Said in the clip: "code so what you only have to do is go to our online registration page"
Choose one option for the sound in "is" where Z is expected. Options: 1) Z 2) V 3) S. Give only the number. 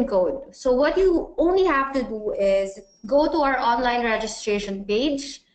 1